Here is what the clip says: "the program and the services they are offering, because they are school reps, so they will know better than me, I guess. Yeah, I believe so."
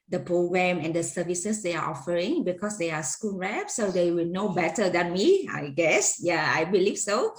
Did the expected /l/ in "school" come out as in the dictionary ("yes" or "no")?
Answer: no